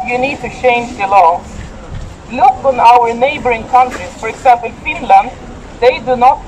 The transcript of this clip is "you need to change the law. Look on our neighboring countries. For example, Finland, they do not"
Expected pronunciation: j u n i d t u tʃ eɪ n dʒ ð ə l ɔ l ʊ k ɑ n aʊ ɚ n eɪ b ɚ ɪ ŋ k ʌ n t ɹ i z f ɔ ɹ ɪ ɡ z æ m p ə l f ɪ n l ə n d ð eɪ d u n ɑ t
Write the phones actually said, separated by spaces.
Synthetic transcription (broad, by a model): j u n i d t u tʃ eɪ n dʒ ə l ɔ l ʊ k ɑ n aʊ ɚ n eɪ b ɚ ɪ ŋ k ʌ n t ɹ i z f ɔ ɹ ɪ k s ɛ p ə n f ɪ n l ə n d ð eɪ d u n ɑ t